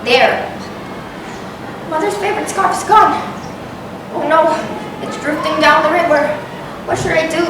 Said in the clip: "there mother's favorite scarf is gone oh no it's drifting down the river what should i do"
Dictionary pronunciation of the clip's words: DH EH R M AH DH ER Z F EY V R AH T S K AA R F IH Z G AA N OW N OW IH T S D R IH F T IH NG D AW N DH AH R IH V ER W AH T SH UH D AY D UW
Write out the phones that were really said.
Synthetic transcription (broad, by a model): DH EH R M AH DH ER Z F EY V R AH T S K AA R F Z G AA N OW N OW IH T S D R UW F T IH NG D AW N DH AH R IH W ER W AH T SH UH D AY D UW